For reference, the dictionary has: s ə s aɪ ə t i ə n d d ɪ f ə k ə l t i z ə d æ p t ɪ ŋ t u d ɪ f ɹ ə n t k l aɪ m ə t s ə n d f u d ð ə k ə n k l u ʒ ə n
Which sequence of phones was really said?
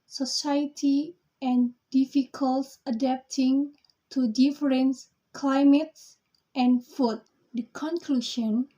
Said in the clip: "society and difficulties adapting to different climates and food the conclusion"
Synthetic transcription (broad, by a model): s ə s aɪ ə t i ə n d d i f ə k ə l s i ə d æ p t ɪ ŋ t u d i f ɹ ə n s k l aɪ m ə t s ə n f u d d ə k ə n k l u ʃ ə n